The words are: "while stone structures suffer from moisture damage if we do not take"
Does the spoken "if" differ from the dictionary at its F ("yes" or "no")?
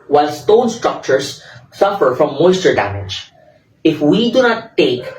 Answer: no